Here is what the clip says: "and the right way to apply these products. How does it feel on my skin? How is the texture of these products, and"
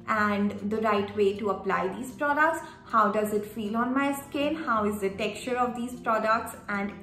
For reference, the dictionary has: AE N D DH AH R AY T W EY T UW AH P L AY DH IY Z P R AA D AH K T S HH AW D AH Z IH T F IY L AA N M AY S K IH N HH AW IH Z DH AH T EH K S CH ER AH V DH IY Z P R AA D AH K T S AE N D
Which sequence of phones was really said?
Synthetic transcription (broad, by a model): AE N D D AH R AY T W EY T UW AH P L AY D IY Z P R AA D AH K T S HH AW D AH Z IH T F IY L AA N M AY S K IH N HH AW IH Z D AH T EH K CH ER AH V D IY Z P R AA D AH K T S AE N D